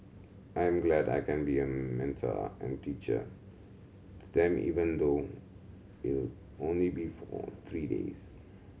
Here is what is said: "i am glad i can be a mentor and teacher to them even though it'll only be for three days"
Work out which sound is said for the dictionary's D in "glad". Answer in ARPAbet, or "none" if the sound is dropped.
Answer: D